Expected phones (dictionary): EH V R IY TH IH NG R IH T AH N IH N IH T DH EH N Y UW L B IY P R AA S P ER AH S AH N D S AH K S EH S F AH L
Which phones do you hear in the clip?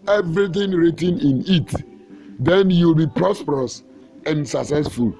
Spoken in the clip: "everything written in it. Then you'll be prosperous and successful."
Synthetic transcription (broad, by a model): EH V R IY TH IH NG R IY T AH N IH N IH T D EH N Y UW L B IY P R AA S P ER AH S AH N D S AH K S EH S F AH L